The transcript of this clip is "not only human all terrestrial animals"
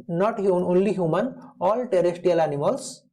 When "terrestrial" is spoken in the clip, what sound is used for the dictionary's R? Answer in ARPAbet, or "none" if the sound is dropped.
none